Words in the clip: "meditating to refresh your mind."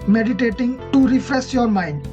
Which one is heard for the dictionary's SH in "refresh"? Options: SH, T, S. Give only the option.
S